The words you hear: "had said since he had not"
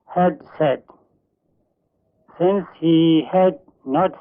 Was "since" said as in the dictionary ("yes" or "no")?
yes